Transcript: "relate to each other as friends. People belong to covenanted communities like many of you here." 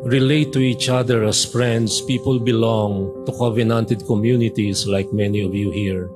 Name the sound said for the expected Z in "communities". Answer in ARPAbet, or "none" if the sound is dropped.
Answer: S